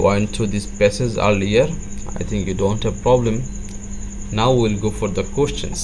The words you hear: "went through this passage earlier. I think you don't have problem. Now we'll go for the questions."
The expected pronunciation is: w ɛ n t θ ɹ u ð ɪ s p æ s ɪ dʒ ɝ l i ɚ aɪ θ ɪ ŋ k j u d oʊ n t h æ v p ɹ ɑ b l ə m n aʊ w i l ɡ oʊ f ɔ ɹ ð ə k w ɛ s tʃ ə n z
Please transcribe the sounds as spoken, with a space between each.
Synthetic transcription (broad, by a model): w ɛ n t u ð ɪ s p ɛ s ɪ z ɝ l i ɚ aɪ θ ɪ ŋ k j u d oʊ n t h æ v p ɹ ɑ b l ə m n aʊ w i l ɡ oʊ f ɔ ɹ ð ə k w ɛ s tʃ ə n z